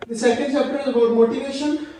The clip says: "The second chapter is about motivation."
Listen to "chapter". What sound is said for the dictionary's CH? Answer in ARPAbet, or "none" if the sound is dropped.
S